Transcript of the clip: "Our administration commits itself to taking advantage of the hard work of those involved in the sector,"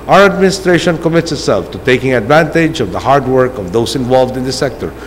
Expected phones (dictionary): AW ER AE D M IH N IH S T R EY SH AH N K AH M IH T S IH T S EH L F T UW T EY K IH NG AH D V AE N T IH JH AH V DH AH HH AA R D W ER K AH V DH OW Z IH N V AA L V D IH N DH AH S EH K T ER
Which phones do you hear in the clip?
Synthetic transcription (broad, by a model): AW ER AE D M IH N IH S T R EY SH AH N K AH M IH T S IH T S EH L F T UW T EY K IH NG AH D V AE N T IH JH AH V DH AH HH AA R D W ER K AH V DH OW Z IH N V AA L V D IH N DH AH S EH K T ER